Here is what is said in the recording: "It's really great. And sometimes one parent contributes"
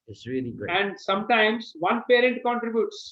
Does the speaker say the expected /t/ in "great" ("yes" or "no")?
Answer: no